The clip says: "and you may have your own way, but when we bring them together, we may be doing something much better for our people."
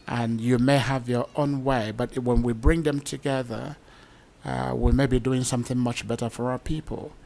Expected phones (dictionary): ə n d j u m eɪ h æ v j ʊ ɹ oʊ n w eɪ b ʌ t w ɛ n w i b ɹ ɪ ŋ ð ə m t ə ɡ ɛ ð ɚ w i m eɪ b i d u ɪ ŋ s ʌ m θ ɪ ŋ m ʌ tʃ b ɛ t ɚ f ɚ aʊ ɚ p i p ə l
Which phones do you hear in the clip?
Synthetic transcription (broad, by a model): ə n j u m eɪ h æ v j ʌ ɹ oʊ n w eɪ b ʌ t w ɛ n w i b ɹ ɪ ŋ ð ə m t ə ɡ ɛ ð ɚ w i m eɪ b i d u ɪ ŋ s ʌ m θ ɪ ŋ m ʌ tʃ b ɛ t ɚ f ɚ aʊ ɚ p i p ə l